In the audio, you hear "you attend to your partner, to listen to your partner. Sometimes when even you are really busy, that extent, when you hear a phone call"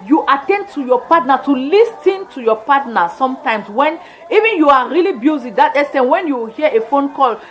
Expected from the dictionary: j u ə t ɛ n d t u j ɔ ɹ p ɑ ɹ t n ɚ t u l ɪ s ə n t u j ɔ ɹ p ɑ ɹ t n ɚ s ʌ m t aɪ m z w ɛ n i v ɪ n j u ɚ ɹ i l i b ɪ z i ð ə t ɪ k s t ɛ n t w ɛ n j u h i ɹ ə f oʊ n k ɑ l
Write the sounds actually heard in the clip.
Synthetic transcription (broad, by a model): j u ə t ɛ n d t u j ɔ p ɑ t n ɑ t u l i s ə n t u j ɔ p ɑ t n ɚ s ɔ m t aɪ m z w ɛ n i v ɪ n j u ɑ ɹ i l i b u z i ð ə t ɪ s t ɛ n w ɛ n j u h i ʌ ə f oʊ n k ɑ l